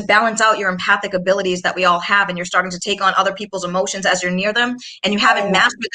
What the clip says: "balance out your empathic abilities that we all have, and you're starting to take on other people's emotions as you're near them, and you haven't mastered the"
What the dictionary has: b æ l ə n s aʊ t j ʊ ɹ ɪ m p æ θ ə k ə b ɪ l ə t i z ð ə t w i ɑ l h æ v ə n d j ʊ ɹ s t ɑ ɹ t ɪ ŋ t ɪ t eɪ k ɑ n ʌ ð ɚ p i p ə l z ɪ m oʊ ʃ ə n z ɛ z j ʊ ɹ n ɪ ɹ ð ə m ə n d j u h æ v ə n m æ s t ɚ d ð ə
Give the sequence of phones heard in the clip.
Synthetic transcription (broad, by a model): b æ l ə n s aʊ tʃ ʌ ɹ ɪ m p æ θ ə k ə b ɪ l ə t i z ð ə t w i ɑ l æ v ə n j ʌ ɹ s t ɑ ɹ t ɪ ŋ t ɪ t eɪ k n ʌ ð ɚ p i p l z ɪ m oʊ ʃ ə n z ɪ z j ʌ ɹ n ɪ ɹ ð ə m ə n j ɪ h æ v ə n m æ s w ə